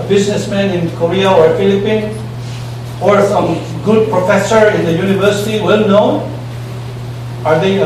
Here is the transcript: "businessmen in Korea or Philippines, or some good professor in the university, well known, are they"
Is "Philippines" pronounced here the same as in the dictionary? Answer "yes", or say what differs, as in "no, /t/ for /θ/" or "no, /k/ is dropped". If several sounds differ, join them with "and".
no, /z/ is dropped